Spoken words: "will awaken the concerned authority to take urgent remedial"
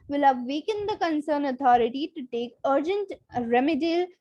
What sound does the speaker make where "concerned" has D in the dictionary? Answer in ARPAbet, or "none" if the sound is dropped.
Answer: none